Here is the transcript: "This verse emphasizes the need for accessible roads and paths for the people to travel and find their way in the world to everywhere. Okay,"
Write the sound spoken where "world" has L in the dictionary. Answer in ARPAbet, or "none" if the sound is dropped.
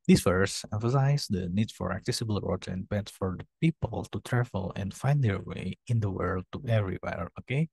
L